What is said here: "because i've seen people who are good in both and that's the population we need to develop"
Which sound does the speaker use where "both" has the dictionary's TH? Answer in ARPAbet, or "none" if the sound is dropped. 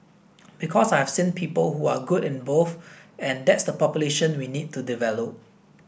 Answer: F